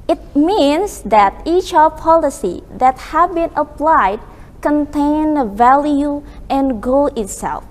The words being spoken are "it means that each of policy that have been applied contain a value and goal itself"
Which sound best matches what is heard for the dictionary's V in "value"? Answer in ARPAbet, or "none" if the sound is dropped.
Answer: V